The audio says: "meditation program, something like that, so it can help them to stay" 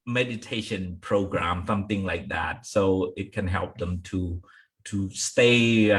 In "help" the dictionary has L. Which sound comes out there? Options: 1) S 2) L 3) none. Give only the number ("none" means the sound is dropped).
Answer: 2